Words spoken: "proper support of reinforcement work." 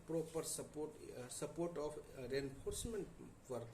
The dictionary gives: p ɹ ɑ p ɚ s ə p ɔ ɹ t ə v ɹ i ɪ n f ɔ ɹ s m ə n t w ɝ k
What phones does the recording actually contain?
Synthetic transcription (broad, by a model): p ɹ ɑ p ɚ s ə p ɔ ɹ t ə p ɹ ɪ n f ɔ ɹ s m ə n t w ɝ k